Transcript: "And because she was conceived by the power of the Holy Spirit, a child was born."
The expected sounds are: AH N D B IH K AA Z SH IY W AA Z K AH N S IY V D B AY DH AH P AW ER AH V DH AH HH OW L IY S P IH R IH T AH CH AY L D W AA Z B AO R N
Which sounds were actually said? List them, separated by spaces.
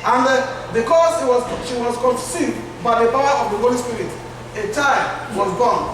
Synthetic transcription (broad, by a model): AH N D B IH K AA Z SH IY W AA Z K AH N S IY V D B AY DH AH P AW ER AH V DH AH HH OW L IY S P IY R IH T AH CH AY D W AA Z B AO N